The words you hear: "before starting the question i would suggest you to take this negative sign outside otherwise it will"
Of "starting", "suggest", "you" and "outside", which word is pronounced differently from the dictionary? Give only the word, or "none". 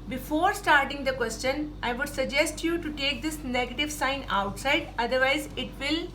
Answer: none